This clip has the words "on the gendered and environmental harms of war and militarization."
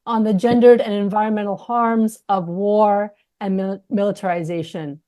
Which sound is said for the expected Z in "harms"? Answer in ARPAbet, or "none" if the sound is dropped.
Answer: Z